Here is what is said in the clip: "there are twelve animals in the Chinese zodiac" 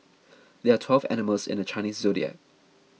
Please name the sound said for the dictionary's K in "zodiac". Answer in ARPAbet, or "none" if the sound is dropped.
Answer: none